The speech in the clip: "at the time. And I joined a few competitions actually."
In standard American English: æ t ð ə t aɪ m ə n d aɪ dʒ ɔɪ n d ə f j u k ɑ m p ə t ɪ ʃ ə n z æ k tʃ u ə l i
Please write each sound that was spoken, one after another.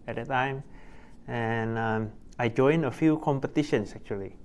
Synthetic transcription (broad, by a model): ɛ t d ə t aɪ m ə n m aɪ dʒ ɔɪ n ə f j u k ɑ m p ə t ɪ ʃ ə n s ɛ k tʃ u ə l i